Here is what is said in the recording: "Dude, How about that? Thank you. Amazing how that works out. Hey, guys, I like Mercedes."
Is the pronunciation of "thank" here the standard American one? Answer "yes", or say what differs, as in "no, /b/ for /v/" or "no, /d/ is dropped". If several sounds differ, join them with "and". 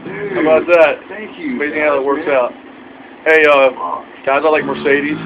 no, /t/ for /θ/